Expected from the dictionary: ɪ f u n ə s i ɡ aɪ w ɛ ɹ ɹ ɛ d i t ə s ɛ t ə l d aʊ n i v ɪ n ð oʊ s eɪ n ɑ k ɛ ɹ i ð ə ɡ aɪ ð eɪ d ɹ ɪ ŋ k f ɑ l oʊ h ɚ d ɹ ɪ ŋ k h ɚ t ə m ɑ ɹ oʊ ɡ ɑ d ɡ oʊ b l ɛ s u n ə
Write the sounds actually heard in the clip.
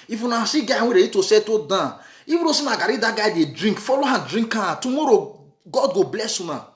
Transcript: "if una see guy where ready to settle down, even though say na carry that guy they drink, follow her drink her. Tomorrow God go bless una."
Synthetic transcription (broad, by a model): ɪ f u n ə s i ɡ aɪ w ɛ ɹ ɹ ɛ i t ə s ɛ t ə d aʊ i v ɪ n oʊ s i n ɑ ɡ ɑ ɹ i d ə ɡ aɪ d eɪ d ɹ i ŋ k f ɑ l oʊ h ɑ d ɹ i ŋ k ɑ t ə m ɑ ɹ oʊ ɡ ɑ d ɡ oʊ b l ɛ s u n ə